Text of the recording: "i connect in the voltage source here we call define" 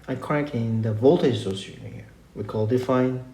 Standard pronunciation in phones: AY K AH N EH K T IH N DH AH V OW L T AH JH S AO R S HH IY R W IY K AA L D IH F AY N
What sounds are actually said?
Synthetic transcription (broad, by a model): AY K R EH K IH N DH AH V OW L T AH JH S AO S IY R W IY K AA L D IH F AY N